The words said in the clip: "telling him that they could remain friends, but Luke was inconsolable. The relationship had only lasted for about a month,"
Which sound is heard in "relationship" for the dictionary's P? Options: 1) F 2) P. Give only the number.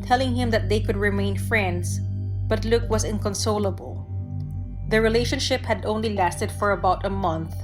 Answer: 2